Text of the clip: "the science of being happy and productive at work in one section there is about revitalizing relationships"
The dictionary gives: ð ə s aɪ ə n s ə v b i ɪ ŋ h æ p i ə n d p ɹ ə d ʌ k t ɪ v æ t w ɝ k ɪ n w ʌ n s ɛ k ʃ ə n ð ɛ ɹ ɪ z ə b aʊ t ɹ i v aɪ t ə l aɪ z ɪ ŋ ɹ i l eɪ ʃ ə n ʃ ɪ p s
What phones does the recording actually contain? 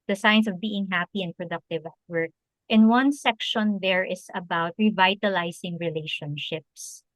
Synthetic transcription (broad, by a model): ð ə s aɪ n s ə v b i ɪ ŋ h æ p i ə n d p ɹ ə d ʌ k t ɪ v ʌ t w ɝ k ɪ n w ʌ n s ɛ k ʃ ə n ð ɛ ɹ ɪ s ə b aʊ t ɹ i v aɪ t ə l aɪ s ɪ ŋ ɹ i l eɪ ʃ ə n ʃ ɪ p s